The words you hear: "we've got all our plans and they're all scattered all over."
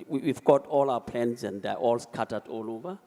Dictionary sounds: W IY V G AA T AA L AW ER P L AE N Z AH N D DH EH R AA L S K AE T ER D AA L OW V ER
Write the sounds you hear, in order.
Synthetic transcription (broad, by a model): W IY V G AA T AA L AW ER P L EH N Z AH N D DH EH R AA L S K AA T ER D AA L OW V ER